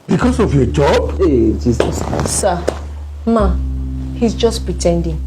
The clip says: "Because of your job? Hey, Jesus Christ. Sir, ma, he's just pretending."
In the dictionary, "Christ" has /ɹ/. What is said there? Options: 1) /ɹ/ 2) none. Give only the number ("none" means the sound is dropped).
2